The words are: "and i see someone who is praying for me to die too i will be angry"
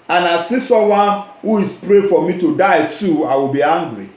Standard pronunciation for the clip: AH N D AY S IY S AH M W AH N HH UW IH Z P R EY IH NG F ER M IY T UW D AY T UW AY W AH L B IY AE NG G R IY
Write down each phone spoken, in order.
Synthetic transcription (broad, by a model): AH N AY S IY S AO W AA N HH UW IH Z P R EY F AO M IY T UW D AY T UW AY W AH L B IY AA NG G R IY